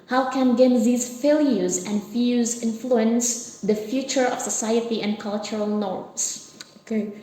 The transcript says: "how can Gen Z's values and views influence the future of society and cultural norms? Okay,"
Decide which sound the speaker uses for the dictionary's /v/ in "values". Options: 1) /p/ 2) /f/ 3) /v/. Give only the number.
2